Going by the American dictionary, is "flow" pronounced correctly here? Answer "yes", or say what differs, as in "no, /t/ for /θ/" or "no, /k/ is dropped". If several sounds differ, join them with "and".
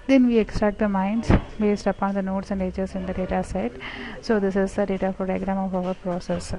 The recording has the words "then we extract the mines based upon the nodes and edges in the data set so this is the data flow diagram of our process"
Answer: no, /l/ is dropped